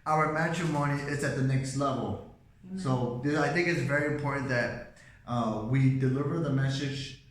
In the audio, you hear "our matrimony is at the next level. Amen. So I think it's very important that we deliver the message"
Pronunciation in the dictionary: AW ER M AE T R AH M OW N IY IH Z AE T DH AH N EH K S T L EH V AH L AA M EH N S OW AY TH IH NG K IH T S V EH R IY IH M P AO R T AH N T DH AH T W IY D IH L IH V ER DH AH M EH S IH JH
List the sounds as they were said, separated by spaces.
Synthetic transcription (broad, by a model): AW ER M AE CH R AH M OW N IY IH S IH T DH AH N EH K S T L EH V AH L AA UH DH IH AY TH IH NG K IH T S V EH R IY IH M P AO R T N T DH AH T W IY D IH L IH V ER DH AH M EH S IH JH